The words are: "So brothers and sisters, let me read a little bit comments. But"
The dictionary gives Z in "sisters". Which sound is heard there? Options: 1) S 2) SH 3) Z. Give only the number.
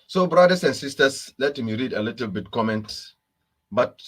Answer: 1